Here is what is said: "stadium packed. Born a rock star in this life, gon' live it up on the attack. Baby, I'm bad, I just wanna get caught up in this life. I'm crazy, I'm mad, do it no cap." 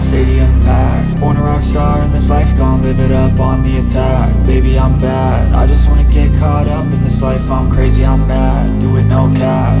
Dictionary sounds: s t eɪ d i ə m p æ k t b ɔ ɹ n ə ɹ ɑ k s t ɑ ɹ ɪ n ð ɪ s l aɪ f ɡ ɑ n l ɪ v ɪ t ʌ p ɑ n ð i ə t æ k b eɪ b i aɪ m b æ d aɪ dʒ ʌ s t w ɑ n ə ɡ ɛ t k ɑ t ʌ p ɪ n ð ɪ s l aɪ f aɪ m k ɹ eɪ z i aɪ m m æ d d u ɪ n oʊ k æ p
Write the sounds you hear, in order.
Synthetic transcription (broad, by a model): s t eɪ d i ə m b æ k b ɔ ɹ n ə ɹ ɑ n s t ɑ ɹ ɪ n ð ɪ s l aɪ f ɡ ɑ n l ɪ b ɪ t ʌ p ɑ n ð i ə t æ k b eɪ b i aɪ m b æ d aɪ dʒ ʌ s t w ɑ n ə ɡ ɛ t k ɑ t ʌ p ɪ n ð ɪ s l aɪ f aɪ m k ɹ eɪ z i aɪ m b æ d d u ɪ n oʊ k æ